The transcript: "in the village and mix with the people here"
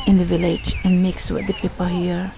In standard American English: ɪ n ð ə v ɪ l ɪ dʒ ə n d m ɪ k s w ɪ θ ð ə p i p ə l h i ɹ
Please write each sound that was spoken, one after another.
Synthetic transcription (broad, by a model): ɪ n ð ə v ɪ l ɪ dʒ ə n m ɪ k s w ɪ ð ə p i p ə l h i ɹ